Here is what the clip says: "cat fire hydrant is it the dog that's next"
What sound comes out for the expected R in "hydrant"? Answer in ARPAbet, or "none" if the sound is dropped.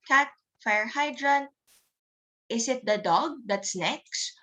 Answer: R